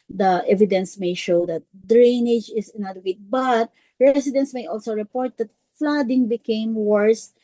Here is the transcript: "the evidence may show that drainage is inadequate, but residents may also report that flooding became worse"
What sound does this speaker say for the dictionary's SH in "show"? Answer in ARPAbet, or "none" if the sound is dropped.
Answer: SH